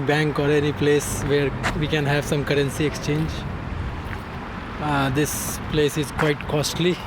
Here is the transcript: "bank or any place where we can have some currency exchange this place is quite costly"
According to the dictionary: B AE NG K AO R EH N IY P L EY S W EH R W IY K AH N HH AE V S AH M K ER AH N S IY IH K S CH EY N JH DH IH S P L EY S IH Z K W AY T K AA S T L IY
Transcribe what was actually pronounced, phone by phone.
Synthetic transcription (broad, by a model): B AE NG K AO R EH N IY P L EY S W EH R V IY K AH N HH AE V S AH M K ER AH N S IY IH K S CH EY N JH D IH S P L EY S IH Z K W AY T K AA S T L IY